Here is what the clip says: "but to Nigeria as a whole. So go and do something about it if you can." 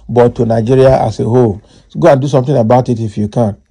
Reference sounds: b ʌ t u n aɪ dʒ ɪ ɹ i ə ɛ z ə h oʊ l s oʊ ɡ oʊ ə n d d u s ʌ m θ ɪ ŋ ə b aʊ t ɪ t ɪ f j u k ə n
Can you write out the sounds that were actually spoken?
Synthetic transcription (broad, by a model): b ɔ t u n aɪ dʒ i ɹ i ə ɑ s ə h oʊ l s ɡ oʊ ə n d d u s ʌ m t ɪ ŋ ə b aʊ t ɪ t ɪ f j u k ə n